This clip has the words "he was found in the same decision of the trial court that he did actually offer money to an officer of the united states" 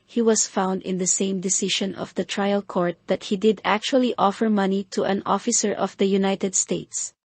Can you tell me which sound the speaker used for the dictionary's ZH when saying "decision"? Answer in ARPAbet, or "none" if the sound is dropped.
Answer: SH